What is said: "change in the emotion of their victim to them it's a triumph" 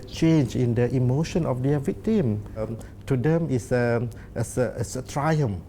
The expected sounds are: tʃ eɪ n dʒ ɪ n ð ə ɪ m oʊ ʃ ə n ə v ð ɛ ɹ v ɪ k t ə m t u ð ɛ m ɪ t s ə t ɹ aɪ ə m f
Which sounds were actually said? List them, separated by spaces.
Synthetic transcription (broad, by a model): tʃ eɪ n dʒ ɪ n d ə ɪ m oʊ ʃ ə n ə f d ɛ v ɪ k t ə m t u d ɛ m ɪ s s ə t ɹ aɪ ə m